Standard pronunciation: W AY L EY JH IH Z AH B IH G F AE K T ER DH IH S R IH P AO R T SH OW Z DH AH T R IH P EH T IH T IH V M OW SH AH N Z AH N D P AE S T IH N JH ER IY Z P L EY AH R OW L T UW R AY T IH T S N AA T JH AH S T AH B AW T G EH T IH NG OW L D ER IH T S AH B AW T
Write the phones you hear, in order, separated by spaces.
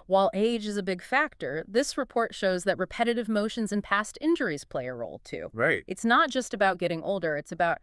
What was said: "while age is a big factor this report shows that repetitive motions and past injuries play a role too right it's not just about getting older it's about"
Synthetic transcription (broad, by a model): W AY L EY JH IH Z AH B IH G F AE K T ER DH IH S R IH P AO R T SH OW Z DH AH T R IH P EH T IH T IH V M OW SH AH N Z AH N P AE S T IH N JH ER IY Z P L EY AH R OW L T UW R AY T IH T S N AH T JH AH S T AH B AW T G EH T IH NG OW L D ER IH T S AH B AW T